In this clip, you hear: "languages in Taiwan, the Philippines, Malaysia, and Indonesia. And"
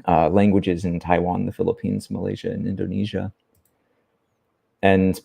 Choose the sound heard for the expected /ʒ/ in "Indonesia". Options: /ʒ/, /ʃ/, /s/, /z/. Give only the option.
/ʒ/